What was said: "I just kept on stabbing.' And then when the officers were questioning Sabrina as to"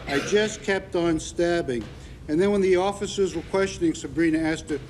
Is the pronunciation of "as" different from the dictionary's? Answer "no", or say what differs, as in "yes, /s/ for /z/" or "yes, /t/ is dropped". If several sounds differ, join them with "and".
yes, /s/ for /z/